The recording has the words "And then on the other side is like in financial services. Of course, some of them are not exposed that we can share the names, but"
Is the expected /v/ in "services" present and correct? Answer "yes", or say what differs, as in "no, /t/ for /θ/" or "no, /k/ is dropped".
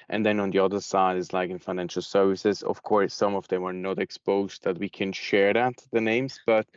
yes